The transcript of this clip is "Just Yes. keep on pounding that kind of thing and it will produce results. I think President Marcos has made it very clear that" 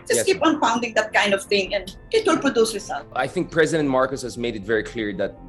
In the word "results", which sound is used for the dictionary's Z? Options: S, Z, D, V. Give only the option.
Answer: S